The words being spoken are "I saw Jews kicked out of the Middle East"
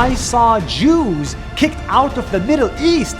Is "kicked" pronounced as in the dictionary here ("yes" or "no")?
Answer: yes